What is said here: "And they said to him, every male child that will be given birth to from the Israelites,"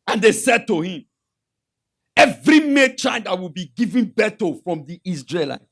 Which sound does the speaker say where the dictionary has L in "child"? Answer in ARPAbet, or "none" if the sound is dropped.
N